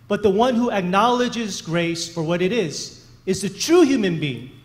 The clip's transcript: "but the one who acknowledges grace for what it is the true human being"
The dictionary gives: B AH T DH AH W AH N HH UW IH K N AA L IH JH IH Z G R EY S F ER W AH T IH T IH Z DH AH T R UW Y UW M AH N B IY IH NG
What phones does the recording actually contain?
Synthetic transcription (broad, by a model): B AH T DH AH W AH N HH UW IH K N AA L IH JH IH Z G R EY S F ER W AH T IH T IH Z DH AH T R UW Y UW M AH N B IY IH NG